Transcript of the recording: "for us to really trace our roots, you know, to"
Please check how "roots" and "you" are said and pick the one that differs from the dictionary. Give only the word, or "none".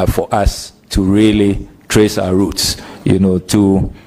none